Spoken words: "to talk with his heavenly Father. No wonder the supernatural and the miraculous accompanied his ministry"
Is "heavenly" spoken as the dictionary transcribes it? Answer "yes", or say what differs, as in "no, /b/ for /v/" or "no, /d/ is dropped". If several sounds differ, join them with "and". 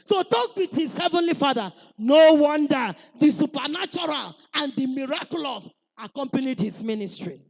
yes